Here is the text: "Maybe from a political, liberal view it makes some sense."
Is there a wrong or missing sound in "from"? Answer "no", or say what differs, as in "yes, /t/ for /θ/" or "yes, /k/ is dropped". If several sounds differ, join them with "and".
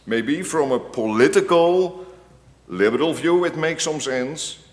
no